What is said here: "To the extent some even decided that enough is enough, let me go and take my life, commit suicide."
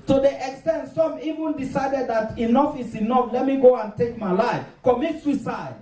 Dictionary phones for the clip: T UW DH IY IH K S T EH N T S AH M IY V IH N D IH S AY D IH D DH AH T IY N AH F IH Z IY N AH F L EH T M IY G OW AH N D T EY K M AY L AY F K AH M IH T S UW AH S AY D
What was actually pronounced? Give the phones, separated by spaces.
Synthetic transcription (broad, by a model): T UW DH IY IH K S T EH N T S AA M IY V IH N D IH S AY D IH D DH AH T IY N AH F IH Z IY N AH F L EH T M IY G OW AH N T EY K M AY L AY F K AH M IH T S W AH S AY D